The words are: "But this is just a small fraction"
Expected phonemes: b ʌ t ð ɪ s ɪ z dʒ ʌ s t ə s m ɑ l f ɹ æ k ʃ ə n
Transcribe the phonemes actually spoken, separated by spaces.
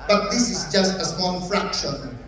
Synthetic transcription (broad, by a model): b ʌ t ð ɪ s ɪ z dʒ ʌ s t ə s ɑ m f ɹ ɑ k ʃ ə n